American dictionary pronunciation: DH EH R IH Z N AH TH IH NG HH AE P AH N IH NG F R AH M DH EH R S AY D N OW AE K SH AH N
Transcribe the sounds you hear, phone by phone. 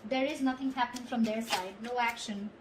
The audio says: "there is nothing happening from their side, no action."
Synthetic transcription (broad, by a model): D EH R IH Z N AH T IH NG HH AE P AH N IH NG F R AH M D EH R S AY D N OW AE K SH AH N